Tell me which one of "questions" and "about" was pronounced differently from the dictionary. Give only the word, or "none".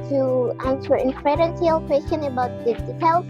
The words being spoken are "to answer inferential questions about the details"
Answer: questions